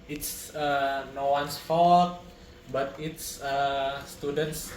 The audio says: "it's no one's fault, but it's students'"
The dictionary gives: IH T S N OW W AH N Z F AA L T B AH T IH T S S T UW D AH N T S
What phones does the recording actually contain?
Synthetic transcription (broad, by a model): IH T S N OW W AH N S F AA T B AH T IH T S S T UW D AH N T S